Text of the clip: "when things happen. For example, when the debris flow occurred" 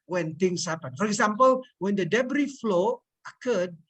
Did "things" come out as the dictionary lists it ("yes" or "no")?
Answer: no